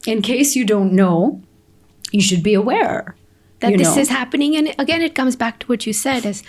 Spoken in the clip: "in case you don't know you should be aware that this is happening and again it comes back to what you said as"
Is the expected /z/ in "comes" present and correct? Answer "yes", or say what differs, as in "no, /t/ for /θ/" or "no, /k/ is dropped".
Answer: yes